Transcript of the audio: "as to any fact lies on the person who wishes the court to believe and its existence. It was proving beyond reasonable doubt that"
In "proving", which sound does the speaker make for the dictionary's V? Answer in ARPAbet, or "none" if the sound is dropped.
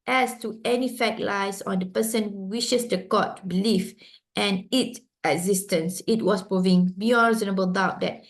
V